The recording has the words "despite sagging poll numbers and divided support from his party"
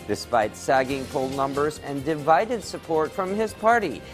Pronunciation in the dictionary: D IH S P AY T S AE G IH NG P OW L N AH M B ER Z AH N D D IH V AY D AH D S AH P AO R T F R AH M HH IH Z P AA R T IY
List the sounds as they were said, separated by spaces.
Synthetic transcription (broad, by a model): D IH S P AY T S AE G IH NG P OW L N AH M B ER Z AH N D D IH V AY D AH D S AH P AO R T F R AH M IH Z P AA R T IY